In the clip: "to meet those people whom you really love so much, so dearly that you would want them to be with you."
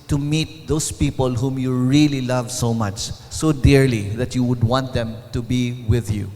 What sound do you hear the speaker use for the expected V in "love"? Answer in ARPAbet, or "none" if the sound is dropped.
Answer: V